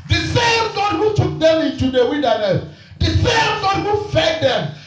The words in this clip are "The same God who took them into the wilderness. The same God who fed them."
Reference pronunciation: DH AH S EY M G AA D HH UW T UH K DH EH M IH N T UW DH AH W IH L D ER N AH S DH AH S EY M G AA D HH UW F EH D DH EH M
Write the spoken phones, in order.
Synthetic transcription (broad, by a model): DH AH S EY M G AA D HH UW T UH K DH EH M IH N T UW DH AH W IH N D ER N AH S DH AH S EY M G AA D HH UW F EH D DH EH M